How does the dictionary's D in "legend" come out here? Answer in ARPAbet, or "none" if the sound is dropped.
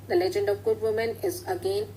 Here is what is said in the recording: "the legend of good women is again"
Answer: D